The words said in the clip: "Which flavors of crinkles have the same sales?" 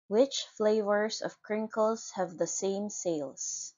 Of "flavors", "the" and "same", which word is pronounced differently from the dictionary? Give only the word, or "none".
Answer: none